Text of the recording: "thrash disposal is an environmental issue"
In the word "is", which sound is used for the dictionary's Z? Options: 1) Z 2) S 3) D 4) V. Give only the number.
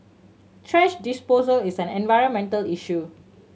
2